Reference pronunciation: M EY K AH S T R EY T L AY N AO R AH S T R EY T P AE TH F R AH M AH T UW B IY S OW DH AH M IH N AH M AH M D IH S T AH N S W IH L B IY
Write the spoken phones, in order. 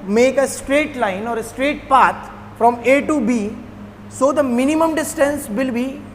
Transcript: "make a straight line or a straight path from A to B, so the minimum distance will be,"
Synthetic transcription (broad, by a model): M EY K AH S T R EY T L AY N AO R AH S T R EY T P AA T F R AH M AH T UW B IY S OW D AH M IH N AH M AH M D IH S T AH N S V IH L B IY